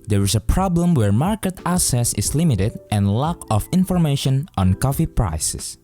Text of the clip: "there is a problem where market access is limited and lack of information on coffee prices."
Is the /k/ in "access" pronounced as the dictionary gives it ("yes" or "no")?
no